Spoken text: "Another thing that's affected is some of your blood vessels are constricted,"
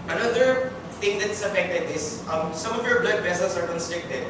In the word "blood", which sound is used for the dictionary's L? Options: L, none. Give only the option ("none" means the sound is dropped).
L